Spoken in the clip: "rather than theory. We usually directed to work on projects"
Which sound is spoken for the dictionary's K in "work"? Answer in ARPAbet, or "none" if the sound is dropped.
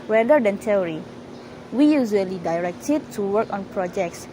K